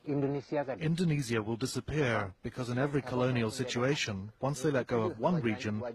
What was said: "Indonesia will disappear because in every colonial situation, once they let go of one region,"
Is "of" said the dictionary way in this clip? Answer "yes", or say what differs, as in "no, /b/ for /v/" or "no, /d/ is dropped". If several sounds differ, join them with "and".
no, /p/ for /v/